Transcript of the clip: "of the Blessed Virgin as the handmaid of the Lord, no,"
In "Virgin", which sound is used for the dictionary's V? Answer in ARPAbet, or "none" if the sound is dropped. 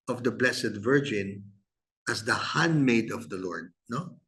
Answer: V